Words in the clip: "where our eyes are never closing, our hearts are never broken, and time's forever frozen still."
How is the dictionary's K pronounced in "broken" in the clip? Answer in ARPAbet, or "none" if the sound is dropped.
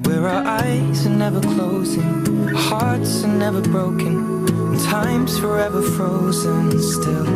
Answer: none